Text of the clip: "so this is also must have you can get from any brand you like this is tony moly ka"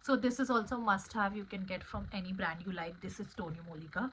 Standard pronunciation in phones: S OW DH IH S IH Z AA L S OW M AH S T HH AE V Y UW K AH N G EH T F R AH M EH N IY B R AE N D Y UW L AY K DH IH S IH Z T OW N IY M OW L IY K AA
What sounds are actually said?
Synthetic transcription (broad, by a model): S OW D IH S IH Z AA L S OW M AH S T HH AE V Y UW K AH N G EH T F R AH M EH N IY B R AE N D Y UW L AY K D IH S IH Z T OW N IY M OW L IY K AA